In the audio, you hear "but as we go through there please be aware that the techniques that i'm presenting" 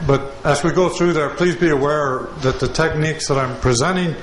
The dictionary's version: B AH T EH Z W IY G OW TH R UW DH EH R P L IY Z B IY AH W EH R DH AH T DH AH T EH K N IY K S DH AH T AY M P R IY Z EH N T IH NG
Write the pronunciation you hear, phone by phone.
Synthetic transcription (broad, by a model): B AH T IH Z W IY G OW TH R UW DH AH R P L IY Z B IY AH W EH R DH AH T DH AH T EH K N IY K S DH AH T AY M P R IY Z EH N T IH NG